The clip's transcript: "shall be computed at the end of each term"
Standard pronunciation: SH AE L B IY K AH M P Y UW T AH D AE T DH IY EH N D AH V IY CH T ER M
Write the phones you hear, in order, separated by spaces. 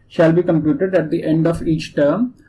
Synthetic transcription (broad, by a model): SH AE L B IY K AH M P Y UW T AH D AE T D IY EH N D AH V IY CH T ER M